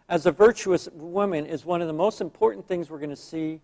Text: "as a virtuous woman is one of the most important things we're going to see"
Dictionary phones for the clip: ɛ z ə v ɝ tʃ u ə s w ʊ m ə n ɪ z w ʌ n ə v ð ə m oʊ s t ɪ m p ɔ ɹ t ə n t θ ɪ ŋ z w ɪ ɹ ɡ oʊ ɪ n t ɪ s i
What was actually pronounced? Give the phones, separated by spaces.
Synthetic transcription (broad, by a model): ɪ z ə v ɝ tʃ u ə s w ʊ m ə n ɪ z w ʌ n ə v ð ə m oʊ s t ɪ m p ɔ ɹ t n θ ɪ ŋ z w ɪ ɹ ɡ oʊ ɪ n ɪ s i